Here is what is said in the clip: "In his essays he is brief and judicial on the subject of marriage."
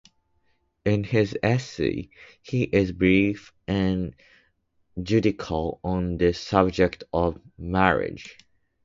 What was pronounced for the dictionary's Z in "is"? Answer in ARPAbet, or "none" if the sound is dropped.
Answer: Z